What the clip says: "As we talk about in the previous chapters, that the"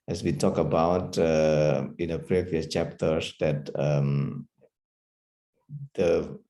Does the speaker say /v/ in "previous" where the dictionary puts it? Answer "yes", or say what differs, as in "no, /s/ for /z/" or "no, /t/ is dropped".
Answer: yes